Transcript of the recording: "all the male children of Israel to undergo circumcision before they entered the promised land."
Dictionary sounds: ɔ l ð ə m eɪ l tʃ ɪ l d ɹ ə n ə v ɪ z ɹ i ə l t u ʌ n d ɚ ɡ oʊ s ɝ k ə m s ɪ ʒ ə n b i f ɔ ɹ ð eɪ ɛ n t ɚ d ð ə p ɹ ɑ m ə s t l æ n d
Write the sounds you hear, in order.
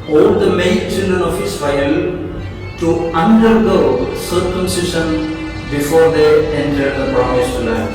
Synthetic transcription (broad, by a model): ɔ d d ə m eɪ n tʃ ɪ l d ɹ ə n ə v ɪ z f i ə l t u ʌ n d ɚ ɡ oʊ s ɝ k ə m s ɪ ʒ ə n b i f ɔ ɹ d eɪ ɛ n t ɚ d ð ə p ɹ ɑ m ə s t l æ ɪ